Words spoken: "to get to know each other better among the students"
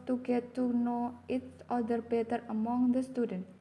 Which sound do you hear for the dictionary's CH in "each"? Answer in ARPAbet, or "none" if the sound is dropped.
S